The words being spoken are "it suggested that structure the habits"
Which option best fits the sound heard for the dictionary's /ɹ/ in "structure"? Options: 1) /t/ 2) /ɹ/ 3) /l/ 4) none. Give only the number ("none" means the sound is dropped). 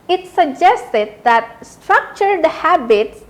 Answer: 2